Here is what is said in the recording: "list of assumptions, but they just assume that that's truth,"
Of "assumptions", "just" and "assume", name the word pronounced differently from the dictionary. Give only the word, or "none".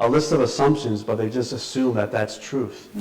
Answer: none